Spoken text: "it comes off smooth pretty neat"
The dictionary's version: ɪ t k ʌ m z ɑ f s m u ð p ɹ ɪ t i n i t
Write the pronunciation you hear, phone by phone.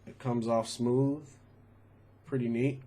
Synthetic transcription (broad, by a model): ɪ t k ʌ m z ɑ f s m u ð p ɹ ɪ t i n i t